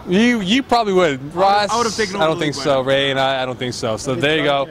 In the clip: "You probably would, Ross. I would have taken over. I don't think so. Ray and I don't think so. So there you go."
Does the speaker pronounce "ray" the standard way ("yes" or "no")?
yes